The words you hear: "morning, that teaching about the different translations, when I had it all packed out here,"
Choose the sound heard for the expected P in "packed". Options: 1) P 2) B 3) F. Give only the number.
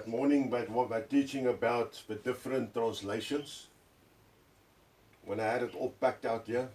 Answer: 1